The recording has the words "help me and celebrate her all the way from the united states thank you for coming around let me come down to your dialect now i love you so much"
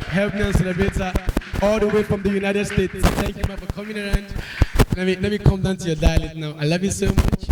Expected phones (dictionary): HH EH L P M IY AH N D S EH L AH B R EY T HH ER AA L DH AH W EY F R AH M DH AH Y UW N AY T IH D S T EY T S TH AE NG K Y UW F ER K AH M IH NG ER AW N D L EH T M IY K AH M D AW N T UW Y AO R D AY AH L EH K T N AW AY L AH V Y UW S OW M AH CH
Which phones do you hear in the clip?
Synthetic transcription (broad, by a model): HH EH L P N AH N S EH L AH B EY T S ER AA L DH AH W EY F R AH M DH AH Y UW N AY T IH D S T EY T S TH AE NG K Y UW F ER K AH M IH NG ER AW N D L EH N M IY K AH M D AW N T UW Y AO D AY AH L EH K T N AW AY L AH V Y UW S OW M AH CH